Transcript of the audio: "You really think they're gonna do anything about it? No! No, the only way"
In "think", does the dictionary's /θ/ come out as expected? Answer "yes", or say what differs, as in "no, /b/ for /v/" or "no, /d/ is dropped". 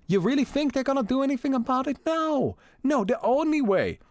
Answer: yes